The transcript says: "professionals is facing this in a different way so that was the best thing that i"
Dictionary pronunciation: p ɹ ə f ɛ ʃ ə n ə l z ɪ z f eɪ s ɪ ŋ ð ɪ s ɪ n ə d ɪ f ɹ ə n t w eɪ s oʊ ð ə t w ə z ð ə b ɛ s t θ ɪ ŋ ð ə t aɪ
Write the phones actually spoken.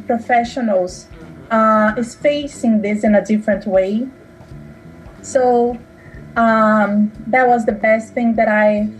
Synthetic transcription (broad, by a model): p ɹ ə f ɛ ʃ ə n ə l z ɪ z f eɪ s ɪ ŋ ð ɪ s ɪ n ə d ɪ f ɹ ə n t w eɪ s oʊ ð ə t w ə z ð ə b ɛ s t θ ɪ ŋ ð ə t aɪ